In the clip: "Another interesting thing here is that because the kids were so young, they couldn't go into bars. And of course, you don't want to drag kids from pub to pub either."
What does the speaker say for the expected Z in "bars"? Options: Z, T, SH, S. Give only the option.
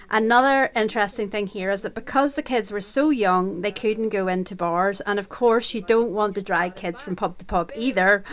Z